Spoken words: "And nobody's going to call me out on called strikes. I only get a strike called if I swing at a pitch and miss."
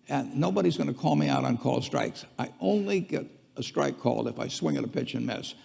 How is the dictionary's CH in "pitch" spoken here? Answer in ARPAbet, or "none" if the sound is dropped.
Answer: CH